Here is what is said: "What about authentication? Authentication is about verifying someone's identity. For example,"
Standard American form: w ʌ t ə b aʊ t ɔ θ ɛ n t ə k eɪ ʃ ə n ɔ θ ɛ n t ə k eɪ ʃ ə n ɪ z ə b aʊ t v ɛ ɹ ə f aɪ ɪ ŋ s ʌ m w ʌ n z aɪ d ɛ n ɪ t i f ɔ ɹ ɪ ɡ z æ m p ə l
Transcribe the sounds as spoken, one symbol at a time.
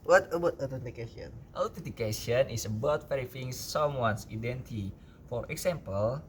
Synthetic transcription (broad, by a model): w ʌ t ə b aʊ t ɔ t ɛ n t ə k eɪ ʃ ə n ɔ t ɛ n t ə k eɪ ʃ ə n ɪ s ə b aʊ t f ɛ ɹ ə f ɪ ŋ s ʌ m w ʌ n s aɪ d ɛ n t i f ɔ ɹ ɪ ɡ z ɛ m p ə l